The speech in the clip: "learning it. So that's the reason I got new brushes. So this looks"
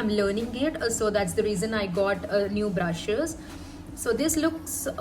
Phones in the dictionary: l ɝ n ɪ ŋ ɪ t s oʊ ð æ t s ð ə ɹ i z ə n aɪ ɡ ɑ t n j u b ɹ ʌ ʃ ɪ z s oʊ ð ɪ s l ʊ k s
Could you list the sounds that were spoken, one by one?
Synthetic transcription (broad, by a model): l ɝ n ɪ ŋ ɪ t s oʊ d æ t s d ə ɹ i z ə n aɪ ɡ ɑ t n j u b ɹ ʌ ʃ ɪ z s oʊ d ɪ s l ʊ k s